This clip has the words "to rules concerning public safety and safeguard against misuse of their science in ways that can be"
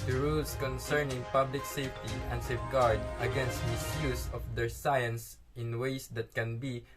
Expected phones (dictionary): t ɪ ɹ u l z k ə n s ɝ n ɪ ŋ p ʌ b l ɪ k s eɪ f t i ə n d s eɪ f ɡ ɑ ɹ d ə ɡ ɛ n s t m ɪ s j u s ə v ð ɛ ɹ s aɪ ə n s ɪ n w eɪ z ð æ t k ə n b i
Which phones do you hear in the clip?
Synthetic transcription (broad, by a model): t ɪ ɹ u l s k ə n s ɝ n ɪ ŋ p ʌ b l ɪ k s eɪ f t i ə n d s eɪ f ɡ ɑ ɹ d ə ɡ ɛ n s t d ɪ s j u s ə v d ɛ ɹ s aɪ ə n s ɪ n w eɪ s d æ t k ə n b i